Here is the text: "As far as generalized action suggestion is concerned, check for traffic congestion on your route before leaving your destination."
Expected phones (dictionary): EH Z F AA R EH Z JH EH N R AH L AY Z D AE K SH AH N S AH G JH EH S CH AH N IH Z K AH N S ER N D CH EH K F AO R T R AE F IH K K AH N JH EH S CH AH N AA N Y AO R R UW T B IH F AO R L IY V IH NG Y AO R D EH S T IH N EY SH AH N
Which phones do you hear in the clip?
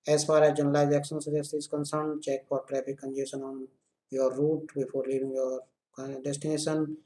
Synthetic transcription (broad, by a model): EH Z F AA R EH JH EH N AH L AY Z AE K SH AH N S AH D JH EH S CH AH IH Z K AH N S ER N D CH EH K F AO R T R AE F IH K K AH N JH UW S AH N AA N Y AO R R UW T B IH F AO R L IY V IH NG Y AO R D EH S T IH N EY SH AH N